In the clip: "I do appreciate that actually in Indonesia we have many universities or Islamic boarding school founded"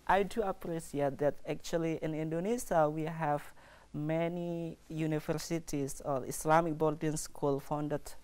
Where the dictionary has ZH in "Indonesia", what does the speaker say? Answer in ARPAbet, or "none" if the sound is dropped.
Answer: S